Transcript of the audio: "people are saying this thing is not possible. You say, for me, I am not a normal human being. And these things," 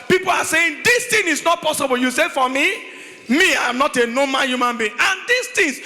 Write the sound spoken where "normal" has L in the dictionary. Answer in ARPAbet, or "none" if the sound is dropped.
N